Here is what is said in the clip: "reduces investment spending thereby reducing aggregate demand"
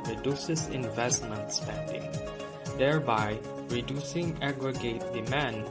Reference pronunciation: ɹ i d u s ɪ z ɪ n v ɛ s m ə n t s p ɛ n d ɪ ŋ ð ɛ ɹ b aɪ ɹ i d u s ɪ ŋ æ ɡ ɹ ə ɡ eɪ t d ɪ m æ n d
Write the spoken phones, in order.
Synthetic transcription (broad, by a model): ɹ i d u s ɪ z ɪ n v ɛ s m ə n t s p ɛ n d ɪ ŋ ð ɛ ɹ b aɪ ɹ i d u s ɪ ŋ æ ɡ ɹ ə ɡ eɪ t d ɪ m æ n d